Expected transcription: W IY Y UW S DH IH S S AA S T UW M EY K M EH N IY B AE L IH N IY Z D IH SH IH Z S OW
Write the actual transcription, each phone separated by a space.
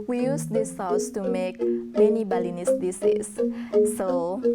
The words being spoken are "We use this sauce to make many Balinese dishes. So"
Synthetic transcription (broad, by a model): W IY Y UW S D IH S S AA S T UW M EY K M EH N IY B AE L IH N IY S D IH S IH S OW